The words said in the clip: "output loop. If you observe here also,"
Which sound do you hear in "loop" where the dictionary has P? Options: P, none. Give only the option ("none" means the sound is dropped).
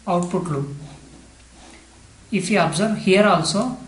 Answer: none